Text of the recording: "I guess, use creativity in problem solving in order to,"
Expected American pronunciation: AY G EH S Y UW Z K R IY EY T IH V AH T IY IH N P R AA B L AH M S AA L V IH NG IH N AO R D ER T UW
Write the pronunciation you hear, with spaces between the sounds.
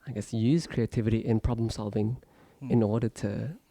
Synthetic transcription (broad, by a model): AY G EH S Y UW Z K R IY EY T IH V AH T IY IH N P R AA B L AH M S AA L V IH NG IH N AO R D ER T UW